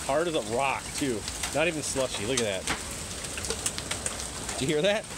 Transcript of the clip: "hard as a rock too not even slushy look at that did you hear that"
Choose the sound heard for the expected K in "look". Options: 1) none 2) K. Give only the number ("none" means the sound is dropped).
2